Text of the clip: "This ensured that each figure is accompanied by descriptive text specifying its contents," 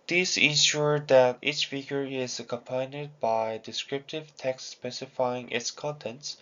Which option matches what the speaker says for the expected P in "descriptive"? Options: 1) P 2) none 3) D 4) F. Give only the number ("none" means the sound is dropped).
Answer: 1